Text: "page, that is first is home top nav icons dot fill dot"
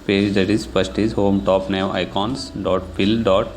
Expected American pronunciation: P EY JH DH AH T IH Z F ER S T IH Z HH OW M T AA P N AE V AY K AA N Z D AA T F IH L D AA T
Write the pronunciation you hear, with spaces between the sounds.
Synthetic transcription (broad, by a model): P EY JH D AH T IH Z P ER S T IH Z HH OW M T AA P N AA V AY K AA N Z D AA T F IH L D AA T